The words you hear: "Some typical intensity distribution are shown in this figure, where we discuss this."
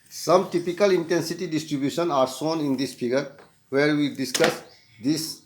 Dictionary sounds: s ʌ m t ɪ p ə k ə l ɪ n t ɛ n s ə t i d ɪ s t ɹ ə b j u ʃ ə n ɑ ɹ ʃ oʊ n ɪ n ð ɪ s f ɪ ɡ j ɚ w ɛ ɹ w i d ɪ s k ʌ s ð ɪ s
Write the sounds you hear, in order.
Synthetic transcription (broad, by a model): s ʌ m t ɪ p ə k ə l ɪ n t ɛ n s ə t i d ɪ s t ɹ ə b j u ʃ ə n ɑ ɹ s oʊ n ɪ n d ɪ s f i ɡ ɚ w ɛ ɹ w i d ɪ s k ʌ s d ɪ s